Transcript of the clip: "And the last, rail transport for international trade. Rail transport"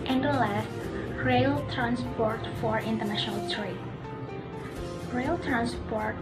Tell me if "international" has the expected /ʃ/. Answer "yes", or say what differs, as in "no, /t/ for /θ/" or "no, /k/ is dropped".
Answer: yes